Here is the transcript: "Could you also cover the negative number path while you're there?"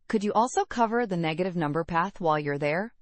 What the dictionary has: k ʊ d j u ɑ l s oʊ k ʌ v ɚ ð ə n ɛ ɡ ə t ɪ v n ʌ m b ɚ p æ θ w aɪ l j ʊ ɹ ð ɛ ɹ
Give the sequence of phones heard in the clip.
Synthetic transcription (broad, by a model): k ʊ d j ɑ l s oʊ k ʌ v ɚ ð ə n ɛ ɡ ə t ɪ v n ʌ m b ɚ p æ θ w aɪ l j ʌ ɹ ð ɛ ɹ